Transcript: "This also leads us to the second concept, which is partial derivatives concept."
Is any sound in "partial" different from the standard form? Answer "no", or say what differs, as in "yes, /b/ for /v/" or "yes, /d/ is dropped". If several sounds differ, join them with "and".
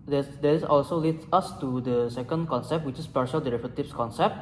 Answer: no